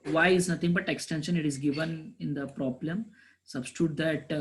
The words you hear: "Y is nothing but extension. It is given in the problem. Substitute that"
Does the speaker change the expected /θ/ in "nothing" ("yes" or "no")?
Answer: yes